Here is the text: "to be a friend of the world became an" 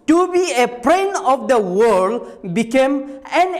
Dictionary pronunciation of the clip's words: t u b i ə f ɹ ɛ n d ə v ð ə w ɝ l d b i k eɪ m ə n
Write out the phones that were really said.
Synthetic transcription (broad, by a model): t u b i ə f ɹ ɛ n ə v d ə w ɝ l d b i k eɪ m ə n